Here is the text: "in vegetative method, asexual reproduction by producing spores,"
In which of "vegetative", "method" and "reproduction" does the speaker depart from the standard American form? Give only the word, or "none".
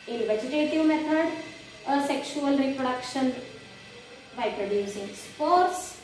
method